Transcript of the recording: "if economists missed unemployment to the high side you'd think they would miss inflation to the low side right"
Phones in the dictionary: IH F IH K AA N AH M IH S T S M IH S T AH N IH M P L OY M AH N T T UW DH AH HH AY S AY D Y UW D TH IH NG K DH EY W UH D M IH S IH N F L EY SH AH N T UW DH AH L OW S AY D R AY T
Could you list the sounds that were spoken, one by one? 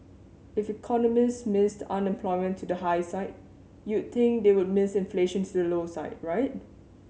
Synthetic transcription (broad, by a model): IH F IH K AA N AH M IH S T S M IH S T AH N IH M P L OY M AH N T T UW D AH HH AY S AY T Y UW D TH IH NG K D EY W UH D M IH S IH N F L EY SH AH N T UW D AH L OW S AY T R AY T